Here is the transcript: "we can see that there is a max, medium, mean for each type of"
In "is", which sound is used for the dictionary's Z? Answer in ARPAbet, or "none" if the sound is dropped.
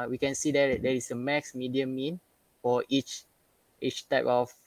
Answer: S